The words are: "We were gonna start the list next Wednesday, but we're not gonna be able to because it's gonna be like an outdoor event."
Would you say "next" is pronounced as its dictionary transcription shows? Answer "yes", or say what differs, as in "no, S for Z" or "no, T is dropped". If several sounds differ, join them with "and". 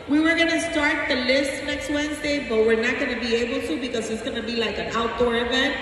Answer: yes